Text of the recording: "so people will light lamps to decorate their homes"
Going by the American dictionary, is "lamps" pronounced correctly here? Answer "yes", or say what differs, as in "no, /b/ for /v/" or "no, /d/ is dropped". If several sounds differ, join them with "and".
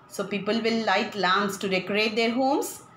no, /p/ is dropped